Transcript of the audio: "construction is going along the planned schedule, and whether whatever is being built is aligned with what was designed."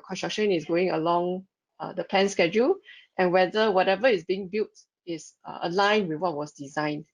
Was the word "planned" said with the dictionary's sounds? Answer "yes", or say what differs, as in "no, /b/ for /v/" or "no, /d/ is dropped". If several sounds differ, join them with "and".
no, /l/ is dropped